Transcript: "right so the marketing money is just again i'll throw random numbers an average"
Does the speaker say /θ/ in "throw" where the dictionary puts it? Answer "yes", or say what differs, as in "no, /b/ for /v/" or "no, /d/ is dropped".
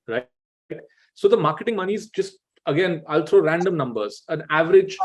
no, /t/ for /θ/